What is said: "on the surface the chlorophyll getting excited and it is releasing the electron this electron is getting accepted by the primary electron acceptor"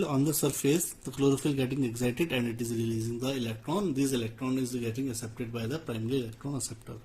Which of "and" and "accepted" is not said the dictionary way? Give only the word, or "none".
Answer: accepted